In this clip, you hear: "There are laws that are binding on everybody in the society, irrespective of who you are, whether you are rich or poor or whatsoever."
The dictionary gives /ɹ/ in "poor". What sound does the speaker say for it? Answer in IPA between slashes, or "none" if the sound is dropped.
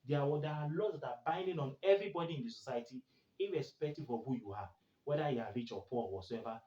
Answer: /l/